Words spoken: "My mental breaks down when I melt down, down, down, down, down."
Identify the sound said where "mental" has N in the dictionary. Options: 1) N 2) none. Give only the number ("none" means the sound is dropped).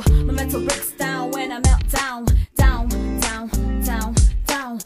2